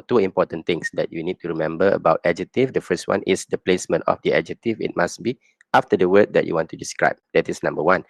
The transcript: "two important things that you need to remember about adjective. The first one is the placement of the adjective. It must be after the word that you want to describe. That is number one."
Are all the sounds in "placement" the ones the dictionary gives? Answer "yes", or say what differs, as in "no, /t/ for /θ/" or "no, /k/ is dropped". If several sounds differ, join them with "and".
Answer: yes